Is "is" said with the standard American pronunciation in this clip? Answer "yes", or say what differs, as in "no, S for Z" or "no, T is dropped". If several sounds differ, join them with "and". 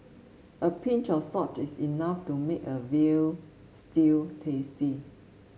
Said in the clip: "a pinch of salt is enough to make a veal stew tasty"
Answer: no, S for Z